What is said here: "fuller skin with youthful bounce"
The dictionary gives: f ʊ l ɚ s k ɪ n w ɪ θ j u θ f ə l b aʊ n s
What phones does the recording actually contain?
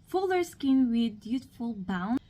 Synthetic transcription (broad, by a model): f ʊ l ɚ s k ɪ n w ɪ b j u t f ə l b aʊ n